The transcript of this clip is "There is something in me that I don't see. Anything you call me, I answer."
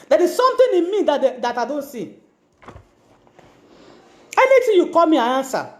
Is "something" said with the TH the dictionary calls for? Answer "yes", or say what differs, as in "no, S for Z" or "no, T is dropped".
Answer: no, T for TH